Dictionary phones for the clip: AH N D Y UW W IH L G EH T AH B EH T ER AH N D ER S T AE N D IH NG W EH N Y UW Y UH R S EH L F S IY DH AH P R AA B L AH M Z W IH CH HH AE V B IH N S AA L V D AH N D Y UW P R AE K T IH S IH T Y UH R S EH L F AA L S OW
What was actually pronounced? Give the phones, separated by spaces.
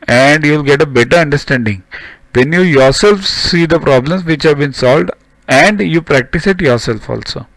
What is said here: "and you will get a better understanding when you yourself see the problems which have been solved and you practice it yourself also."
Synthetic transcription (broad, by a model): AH N D Y UW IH L G EH T AH B EH T ER AH N D ER S T AE N D IH NG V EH N Y UW Y UH R S EH L F S IY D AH P R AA B L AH M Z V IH CH HH AE V B IH N S AA L V D AH N D Y UW P R AE K T IH S IH T Y UH R S EH L F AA L S OW